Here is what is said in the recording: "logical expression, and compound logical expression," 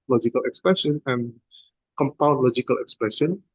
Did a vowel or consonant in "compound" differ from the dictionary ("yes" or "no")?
no